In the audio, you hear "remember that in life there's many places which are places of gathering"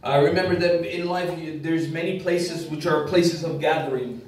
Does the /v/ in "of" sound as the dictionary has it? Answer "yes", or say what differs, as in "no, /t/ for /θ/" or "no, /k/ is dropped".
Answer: yes